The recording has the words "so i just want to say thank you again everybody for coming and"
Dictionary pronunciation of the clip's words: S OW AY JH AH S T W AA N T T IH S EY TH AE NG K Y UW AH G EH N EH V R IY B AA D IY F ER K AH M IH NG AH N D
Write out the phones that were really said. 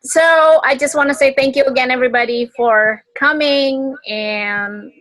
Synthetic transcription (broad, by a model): S OW AY JH AH S T W AA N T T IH S EY TH AE NG K Y UW AH G EH N EH V R IY B AA D IY F ER K AH M IH NG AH N